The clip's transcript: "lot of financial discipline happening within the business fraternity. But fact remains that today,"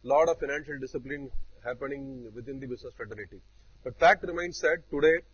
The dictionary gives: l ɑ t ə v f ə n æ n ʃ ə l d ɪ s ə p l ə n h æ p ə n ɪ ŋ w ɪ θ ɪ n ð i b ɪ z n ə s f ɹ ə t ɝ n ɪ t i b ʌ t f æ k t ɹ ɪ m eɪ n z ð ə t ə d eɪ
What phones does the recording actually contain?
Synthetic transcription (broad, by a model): l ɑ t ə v f ə n æ n ʃ ə l d ɪ s ə p l ə n h æ p ə n ɪ ŋ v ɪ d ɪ n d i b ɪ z n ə s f ɹ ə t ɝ l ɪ t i b ʌ t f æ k t ɹ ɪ m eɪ n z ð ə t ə d eɪ